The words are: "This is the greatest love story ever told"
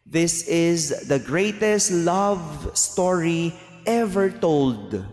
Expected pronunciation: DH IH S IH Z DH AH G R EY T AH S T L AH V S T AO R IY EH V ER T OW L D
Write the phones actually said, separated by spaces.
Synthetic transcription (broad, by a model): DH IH S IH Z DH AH G R EY T AH S T L AH V S T AO R IY EH V ER T OW L D